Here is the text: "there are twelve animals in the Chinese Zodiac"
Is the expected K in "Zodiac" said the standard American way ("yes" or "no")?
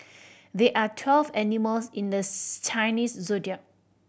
no